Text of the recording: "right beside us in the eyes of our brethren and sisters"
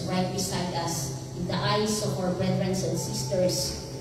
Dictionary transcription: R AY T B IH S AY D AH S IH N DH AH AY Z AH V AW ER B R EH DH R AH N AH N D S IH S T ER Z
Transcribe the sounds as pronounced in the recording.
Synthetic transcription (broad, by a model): R AY T B IH S AY D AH S IH N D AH AY S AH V AW ER B R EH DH R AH N AH N D S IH S T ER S